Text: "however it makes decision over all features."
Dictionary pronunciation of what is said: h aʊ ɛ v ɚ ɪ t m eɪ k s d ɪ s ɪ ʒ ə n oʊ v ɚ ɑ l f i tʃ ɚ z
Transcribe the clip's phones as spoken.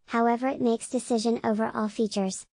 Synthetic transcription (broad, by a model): h aʊ ɛ v ɚ ɪ t m eɪ k s d ɪ s ɪ ʒ ə n oʊ v ɚ ɑ l f i tʃ ɚ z